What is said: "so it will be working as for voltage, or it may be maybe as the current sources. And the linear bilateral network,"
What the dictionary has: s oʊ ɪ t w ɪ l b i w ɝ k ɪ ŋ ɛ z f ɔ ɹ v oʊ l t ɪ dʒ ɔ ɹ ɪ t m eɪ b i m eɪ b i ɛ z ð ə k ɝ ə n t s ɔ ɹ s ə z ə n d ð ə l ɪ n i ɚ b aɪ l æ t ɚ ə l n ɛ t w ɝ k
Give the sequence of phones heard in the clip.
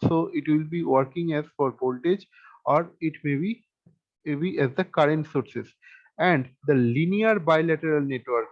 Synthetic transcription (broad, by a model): s oʊ ɪ t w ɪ l b i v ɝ k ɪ ŋ ɛ z f ɔ ɹ b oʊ l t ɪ dʒ ɔ ɹ ɪ t m eɪ b i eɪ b i ɛ z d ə k ɝ ə n t s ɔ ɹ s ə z ə n d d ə l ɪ n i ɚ b aɪ l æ t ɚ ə l n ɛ t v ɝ k